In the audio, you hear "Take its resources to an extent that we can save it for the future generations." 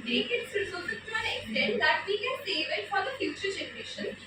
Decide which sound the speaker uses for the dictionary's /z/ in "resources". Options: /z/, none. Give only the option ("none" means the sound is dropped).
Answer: none